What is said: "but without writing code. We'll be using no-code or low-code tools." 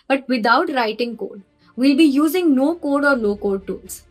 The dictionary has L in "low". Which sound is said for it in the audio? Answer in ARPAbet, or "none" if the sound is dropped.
N